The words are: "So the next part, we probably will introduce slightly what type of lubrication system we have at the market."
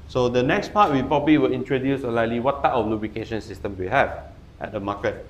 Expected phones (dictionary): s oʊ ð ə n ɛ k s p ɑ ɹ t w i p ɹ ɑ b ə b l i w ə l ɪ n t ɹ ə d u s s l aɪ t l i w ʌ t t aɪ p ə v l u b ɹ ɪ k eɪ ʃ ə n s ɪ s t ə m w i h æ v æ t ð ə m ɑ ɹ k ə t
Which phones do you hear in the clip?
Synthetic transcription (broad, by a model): s oʊ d ə n ɛ k s p ɑ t w i p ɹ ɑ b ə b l i w ə l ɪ n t ɹ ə d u s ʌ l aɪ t l i w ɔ t t aɪ p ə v l u b ɹ ɪ k eɪ ʃ ə n s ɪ s t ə m w i h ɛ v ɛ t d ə m ɑ k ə t